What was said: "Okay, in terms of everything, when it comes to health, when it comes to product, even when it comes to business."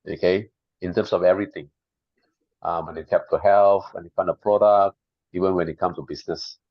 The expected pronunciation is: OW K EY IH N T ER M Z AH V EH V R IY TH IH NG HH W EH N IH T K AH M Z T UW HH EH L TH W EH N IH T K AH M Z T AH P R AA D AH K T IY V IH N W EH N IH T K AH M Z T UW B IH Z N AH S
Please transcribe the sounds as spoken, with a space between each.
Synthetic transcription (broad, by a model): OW K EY IH N T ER M S AH V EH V R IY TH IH NG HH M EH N IH T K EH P T UW HH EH L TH W EH N IH T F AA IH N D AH P R AA D AH K T IY V IH N W EH N IH T K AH M T UW B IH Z N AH S